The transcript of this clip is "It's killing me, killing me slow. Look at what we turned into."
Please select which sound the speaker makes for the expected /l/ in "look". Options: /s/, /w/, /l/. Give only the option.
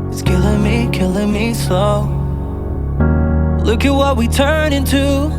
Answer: /l/